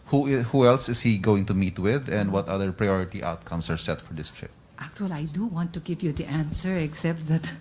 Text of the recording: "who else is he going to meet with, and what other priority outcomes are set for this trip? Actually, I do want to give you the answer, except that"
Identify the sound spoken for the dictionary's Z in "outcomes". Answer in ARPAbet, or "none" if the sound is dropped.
S